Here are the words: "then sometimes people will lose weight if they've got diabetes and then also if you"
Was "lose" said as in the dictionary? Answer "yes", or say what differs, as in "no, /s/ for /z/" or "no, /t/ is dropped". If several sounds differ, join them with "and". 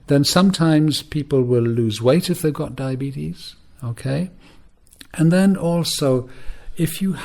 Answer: yes